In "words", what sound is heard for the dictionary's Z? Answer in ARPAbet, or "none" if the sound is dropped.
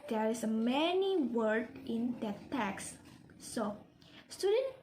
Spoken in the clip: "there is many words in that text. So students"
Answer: none